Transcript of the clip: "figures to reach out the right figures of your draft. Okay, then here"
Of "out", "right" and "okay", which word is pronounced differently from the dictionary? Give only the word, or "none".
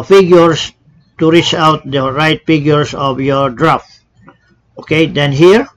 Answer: none